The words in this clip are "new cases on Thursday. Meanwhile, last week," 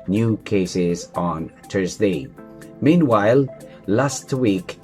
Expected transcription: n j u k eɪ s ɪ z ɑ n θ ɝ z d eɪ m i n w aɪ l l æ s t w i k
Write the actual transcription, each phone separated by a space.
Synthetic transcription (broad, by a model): n j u k eɪ s ɪ z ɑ n t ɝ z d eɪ m i n w aɪ l l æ s t w i k